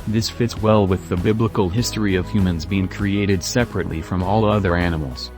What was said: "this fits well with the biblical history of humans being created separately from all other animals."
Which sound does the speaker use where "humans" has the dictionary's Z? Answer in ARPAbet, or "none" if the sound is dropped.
Z